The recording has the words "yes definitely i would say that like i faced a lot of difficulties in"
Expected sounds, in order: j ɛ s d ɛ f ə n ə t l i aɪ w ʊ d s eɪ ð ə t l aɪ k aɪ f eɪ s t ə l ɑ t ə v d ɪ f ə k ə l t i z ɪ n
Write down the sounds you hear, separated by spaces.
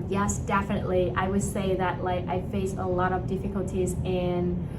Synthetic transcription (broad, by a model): j ɛ s d ɛ f ə n ə t l i aɪ w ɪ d s eɪ ð ə t l aɪ k aɪ f eɪ s ə l ɑ t ə v d ɪ f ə k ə l t i z ɪ n